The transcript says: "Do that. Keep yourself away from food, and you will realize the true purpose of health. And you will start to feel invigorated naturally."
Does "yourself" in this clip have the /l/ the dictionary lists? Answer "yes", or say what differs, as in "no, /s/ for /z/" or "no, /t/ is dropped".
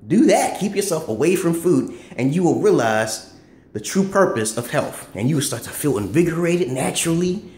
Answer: yes